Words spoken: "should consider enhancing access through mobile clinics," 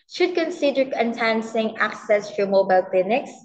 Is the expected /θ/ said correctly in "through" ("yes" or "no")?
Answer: no